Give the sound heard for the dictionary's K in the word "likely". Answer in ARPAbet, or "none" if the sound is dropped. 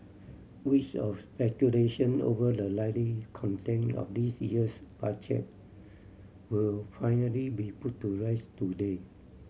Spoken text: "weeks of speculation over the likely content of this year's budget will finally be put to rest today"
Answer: none